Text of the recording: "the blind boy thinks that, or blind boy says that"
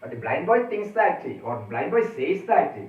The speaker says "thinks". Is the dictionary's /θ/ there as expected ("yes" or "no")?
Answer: no